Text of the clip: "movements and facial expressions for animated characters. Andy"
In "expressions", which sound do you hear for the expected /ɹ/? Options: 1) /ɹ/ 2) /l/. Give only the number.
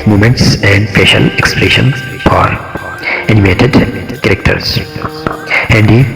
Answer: 2